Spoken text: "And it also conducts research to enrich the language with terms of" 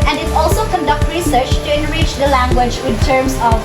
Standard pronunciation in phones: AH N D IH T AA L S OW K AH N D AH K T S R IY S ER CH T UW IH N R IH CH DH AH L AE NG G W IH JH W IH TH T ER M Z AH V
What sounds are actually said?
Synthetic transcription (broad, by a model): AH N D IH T AA L S OW K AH N D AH K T R IY S ER CH T UW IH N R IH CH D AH L AE NG G W IH JH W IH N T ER M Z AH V